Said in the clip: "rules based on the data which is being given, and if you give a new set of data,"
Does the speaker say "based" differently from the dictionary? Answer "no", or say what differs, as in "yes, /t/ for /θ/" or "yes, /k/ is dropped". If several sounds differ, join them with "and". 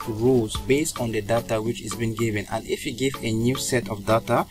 no